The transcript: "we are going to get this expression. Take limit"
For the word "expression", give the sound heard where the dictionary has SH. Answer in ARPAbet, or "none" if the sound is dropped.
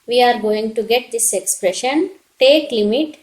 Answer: SH